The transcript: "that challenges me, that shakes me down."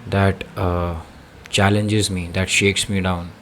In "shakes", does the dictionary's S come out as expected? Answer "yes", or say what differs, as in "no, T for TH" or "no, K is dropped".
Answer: yes